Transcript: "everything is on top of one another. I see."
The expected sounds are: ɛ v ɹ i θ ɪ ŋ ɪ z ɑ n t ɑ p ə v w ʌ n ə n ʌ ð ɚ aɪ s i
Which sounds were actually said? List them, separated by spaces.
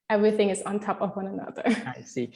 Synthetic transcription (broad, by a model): ɛ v ɹ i θ ɪ ŋ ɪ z n t ɑ p ə v w ʌ n ə n ʌ ð ɚ aɪ s i